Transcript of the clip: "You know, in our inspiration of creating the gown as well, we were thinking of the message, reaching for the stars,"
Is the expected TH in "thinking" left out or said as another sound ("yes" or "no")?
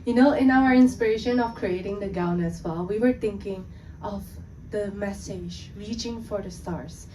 yes